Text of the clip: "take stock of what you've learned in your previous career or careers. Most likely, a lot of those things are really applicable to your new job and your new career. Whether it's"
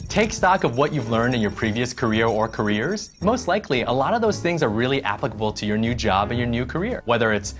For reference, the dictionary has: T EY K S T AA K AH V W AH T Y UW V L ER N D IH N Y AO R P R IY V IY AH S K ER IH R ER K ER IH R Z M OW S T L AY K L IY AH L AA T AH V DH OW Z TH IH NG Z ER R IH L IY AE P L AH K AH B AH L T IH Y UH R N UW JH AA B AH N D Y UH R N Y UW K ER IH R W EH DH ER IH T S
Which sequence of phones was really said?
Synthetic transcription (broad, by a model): T EY K S T AA K AH V W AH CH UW V L ER N D IH N Y AO R P R IY V IY AH S K ER IH R ER K ER IH R Z M OW S T L AY K L IY AH L AA T AH V DH OW Z TH IH NG Z ER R IH L IY AE P L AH K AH B L T IH Y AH R N UW JH AA B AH N Y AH R N Y UW K ER IH R W EH DH ER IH T S